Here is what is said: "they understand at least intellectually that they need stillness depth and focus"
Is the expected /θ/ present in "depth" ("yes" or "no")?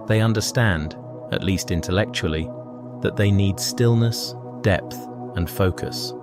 yes